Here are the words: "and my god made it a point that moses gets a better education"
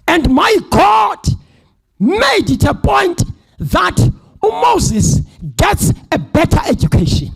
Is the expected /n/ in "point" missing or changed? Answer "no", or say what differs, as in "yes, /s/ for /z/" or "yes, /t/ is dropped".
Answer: no